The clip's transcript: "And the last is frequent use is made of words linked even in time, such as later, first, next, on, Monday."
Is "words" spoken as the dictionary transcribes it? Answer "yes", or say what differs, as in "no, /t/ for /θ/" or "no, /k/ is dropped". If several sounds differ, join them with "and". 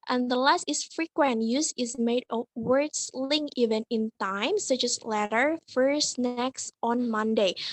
no, /s/ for /z/